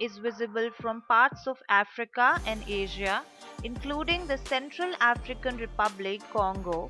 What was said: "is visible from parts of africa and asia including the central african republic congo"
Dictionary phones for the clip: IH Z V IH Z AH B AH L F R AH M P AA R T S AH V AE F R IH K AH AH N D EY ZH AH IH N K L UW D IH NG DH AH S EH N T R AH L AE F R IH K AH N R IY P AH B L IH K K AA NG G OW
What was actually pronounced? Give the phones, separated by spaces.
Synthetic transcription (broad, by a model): IH Z V IH Z AH B AH L F R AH M P AA R T S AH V AE F R IH K AH AH N D EY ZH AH IH N K L UW D IH NG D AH S EH N T R AH L AE F R IH K AH N R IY P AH B L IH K K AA NG G OW